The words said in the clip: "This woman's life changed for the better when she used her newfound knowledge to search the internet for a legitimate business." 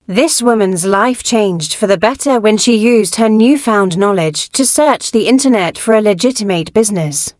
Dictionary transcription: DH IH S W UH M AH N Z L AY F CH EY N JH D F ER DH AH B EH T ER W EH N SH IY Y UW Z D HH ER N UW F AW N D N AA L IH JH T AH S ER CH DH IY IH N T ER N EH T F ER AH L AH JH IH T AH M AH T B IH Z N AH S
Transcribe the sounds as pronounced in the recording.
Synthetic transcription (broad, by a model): DH IH S W UH M AH N Z L AY F CH EY N JH D F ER DH AH B EH T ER W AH N SH IY Y UW Z D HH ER N UW F AW N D N AA L IH JH T AH S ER CH DH IY IH N T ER N EH T F ER AH L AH JH IH T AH M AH T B IH Z N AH S